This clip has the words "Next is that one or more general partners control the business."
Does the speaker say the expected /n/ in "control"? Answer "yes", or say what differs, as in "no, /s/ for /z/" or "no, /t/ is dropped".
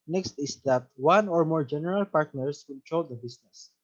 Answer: no, /l/ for /n/